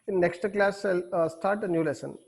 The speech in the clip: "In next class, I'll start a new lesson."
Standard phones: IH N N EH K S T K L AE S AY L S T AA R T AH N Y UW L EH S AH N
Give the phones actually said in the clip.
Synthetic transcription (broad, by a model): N N EH K S T K L AE S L S T AA R T AH N Y UW L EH S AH N